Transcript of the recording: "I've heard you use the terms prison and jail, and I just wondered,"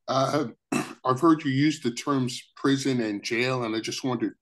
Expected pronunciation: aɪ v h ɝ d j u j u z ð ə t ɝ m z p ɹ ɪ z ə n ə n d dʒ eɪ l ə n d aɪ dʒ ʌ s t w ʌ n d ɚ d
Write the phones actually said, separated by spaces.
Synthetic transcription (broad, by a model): aɪ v h ɝ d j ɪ j u z ð ə t ɝ m z p ɹ ɪ z ə n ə n dʒ eɪ l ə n aɪ dʒ ʌ s t w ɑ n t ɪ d